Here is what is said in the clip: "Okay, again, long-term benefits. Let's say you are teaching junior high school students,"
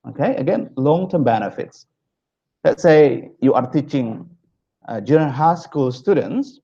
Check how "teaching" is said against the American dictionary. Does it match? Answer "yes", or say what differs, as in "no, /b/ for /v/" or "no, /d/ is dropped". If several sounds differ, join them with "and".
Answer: yes